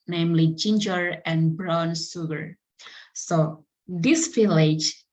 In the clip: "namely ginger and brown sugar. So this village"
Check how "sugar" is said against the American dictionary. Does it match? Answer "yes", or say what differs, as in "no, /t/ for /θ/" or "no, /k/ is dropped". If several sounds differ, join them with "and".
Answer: no, /s/ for /ʃ/